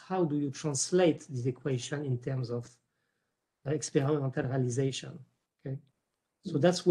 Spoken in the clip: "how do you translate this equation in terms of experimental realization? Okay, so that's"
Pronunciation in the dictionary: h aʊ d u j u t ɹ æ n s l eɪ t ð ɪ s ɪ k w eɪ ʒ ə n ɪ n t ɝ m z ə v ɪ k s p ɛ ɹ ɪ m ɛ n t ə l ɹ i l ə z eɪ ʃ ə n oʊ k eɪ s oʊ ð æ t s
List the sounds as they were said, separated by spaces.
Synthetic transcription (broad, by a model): h aʊ d u j u t ɹ æ n s l eɪ t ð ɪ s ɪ k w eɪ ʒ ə n ɪ n t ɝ m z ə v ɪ k s p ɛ ɹ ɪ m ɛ n t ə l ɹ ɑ l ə z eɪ ʃ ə n oʊ k eɪ s oʊ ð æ t s